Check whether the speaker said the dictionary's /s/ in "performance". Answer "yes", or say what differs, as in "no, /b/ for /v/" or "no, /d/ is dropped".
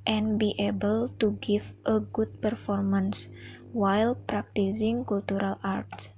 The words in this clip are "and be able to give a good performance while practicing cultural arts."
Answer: yes